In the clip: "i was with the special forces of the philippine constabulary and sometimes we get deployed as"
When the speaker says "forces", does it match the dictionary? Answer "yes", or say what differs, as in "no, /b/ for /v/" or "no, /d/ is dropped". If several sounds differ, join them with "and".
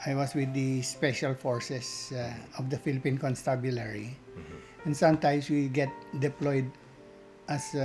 no, /s/ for /z/